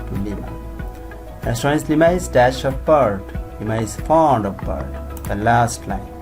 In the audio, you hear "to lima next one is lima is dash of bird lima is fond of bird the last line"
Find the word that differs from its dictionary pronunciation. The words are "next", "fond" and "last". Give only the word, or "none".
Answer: next